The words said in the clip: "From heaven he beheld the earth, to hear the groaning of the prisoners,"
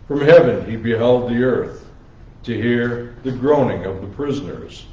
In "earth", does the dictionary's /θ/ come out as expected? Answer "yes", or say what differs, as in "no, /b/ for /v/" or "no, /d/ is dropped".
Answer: yes